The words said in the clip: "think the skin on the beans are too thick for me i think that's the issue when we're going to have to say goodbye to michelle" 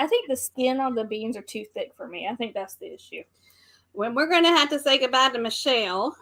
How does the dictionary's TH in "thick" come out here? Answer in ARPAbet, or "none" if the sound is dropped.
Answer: TH